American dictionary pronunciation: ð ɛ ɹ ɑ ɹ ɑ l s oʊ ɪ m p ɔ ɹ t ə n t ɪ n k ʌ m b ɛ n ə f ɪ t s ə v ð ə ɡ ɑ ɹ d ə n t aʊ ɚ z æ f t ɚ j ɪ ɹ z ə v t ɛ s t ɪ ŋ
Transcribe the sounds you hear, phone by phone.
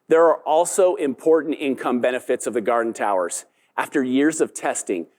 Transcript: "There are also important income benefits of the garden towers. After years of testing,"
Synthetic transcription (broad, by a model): ð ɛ ɹ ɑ ɹ ɑ l s oʊ ɪ m p ɔ ɹ t n t ɪ n k ʌ m b ɛ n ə f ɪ t s ə v ð ə ɡ ɑ ɹ d n t aʊ ɚ z æ f t ɚ j ɪ ɹ z ə v t ɛ s t ɪ ŋ